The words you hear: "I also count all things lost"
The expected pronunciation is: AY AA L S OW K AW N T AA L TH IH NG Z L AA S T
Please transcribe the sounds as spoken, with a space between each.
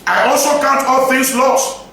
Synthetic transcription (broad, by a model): AY AA L S OW K AW N T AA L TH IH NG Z L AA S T